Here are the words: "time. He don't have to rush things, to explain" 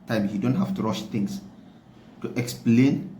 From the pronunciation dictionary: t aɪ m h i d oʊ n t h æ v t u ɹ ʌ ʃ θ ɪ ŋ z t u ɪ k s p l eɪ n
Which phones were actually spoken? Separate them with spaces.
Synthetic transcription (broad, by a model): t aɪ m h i d oʊ n t h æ f t u ɹ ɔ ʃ t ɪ ŋ s t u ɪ k s p l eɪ n